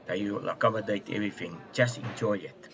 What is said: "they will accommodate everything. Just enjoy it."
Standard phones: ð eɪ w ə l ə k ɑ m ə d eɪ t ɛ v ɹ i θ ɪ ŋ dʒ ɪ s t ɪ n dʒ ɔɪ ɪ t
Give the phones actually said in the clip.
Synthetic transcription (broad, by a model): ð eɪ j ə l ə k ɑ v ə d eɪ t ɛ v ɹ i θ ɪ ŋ tʃ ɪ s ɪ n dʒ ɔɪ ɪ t